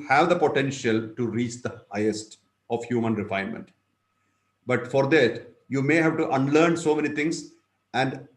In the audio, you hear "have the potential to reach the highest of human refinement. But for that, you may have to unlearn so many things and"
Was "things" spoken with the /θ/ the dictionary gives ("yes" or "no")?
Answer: no